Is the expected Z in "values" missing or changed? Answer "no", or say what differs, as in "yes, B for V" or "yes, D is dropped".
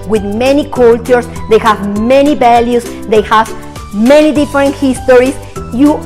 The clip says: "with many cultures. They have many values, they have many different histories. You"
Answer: yes, S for Z